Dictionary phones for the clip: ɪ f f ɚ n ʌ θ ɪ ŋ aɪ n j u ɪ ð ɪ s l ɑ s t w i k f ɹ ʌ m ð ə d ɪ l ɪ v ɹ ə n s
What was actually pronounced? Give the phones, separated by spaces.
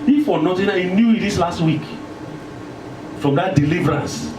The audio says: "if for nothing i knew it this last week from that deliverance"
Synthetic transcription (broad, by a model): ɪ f f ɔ n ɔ t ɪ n aɪ n j u ɪ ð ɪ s l ɑ s t w i k f ɹ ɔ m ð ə d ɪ l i v ɹ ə n s